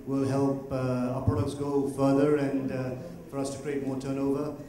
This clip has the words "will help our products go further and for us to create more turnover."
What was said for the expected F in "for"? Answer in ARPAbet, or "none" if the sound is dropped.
F